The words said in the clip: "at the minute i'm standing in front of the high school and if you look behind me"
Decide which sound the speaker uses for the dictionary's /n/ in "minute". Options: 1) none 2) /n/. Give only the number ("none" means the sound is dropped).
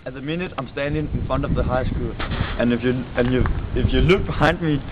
2